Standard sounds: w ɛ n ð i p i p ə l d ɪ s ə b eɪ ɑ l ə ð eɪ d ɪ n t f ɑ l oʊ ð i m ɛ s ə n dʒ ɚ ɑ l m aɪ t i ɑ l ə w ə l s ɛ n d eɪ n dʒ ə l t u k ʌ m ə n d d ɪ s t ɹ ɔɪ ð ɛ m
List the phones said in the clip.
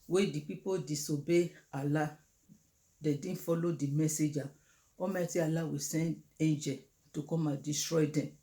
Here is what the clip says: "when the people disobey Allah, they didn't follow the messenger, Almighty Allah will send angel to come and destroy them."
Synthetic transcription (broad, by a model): w ɛ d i p i p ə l d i s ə b eɪ ɑ l ə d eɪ d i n f ɑ l oʊ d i m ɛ s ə dʒ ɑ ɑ m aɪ t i ɑ l ə w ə s ɛ n d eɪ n dʒ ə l t u k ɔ m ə n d d ɪ s t ɹ ɔɪ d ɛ m